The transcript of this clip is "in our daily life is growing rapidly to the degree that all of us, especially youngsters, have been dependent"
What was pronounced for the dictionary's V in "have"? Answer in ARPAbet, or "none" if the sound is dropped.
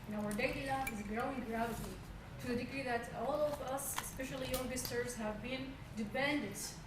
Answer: V